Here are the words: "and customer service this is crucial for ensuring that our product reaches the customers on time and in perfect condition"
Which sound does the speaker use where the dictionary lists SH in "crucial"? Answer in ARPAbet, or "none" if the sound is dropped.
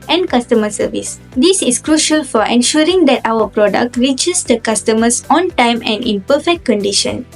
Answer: SH